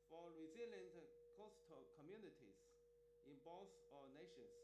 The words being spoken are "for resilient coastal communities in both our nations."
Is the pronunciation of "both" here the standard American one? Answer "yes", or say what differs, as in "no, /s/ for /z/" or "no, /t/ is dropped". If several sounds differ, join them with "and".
no, /s/ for /θ/